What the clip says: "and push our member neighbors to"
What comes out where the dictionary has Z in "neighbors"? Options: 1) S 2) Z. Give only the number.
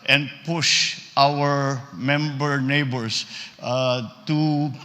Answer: 1